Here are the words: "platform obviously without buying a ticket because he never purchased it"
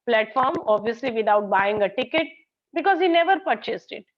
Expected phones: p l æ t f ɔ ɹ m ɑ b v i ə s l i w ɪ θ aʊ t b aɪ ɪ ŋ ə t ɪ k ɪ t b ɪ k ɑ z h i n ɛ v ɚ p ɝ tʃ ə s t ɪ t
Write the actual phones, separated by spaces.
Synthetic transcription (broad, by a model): p l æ t f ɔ ɹ m ɑ b v i ə s l i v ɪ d aʊ t b aɪ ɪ ŋ ə t ɪ k ɪ t b ɪ k ɑ z h i n ɛ v ɚ p ɝ tʃ ə s t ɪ t